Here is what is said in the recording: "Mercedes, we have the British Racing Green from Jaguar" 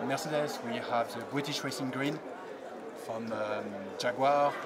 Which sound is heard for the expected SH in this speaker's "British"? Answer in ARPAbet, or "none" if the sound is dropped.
SH